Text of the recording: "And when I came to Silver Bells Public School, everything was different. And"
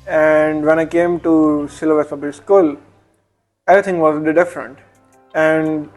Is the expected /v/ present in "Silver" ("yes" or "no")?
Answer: no